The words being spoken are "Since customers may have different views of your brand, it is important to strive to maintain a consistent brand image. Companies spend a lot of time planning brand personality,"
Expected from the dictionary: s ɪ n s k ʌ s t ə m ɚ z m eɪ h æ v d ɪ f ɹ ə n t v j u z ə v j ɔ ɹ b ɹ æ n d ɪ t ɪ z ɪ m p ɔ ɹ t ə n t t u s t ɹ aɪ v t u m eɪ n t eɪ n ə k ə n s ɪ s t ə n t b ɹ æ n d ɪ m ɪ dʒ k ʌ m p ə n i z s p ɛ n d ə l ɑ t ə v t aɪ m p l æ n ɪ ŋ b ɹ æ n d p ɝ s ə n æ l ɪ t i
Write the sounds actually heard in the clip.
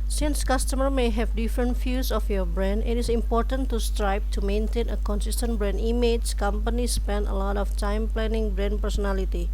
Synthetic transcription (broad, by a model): s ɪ n s k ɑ s t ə m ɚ m eɪ h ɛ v d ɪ f ɹ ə n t f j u s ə f j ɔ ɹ b ɹ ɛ n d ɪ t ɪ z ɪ m p ɔ ɹ t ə n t t u s t ɹ aɪ b t u m eɪ n t eɪ n ə k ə n s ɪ s t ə n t b ɹ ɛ n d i m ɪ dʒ k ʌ m p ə n i s p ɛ n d ə l ɑ t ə f t aɪ m p l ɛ n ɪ ŋ b ɹ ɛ n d p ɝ s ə n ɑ l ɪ t i